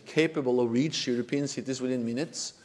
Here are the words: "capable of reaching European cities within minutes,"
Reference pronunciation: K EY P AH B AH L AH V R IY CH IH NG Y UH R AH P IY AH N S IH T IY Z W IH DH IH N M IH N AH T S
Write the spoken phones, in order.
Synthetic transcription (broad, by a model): K EY P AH B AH L AH V R IY CH Y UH R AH P IY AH N S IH T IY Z W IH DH IH N M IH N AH T S